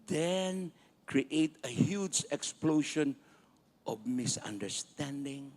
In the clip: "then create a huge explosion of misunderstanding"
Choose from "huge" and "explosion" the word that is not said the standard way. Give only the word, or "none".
explosion